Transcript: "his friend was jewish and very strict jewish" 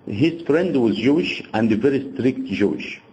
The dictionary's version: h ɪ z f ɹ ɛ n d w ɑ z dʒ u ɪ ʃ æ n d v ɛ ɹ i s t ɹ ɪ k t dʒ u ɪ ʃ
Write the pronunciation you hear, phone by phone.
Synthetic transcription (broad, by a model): h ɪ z f ɹ ɛ n d w ɑ z dʒ u ɪ ʃ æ n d v ɛ ɹ i s t ɹ ɪ k t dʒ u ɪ ʃ